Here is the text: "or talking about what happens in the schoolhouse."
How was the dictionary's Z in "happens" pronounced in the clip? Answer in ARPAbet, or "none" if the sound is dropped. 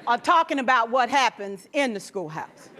Z